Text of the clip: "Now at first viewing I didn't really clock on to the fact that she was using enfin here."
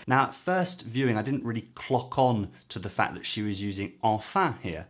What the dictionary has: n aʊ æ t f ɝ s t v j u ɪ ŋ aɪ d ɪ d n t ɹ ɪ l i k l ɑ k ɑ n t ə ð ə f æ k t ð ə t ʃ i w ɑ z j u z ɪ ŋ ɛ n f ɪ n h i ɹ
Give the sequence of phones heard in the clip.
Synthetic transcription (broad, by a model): n aʊ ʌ t f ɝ s t v j u ɪ ŋ aɪ d ɪ d n t ɹ ɪ l i k l ɑ k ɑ n t ə ð ə f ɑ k ð ə t ʃ i w ɑ z j u z ɪ ŋ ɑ f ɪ h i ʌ